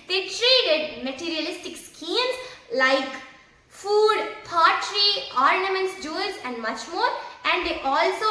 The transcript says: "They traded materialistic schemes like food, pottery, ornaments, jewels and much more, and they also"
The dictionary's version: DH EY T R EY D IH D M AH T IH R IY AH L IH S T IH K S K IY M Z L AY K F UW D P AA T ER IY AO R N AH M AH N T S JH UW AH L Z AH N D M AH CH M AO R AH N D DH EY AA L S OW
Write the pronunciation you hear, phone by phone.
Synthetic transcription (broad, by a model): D EY T R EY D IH D M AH T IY R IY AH L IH S T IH K S K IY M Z L AY K F UW D P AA T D IY AO R N AH M AH N T S JH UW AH Z AH N D M AH CH M AO R AH N D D EY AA L S OW